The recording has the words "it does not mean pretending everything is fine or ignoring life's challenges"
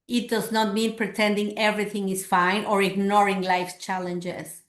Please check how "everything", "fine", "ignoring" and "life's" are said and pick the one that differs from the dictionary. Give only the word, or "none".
life's